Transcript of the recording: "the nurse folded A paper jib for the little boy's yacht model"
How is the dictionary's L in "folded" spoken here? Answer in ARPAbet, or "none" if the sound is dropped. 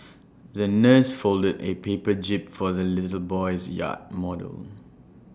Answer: L